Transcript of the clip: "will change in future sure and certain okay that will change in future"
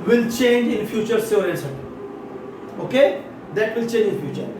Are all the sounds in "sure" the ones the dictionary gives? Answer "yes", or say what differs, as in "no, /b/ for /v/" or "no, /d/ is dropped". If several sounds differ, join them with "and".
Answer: no, /s/ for /ʃ/